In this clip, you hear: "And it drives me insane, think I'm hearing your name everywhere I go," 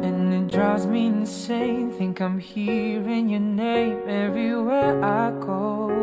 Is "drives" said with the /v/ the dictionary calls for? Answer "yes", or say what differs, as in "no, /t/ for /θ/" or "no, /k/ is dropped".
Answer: no, /v/ is dropped